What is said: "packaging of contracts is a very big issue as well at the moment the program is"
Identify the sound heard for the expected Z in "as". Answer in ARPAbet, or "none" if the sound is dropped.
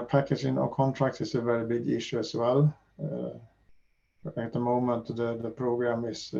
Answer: S